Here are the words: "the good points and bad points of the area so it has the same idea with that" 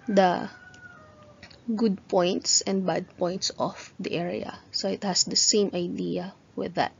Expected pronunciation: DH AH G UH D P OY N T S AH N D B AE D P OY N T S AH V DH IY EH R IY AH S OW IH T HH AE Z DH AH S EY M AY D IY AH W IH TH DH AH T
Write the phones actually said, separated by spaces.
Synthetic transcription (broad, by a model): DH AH G UH D P OY N T S AH N D B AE D P OY N T S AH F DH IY EH R IY AH S OW IH T HH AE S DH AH S EY M AY D IY AH W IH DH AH T